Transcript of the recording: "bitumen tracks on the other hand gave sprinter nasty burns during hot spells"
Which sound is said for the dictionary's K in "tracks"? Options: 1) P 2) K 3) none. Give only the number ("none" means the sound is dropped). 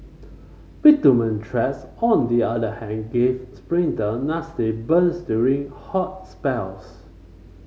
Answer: 3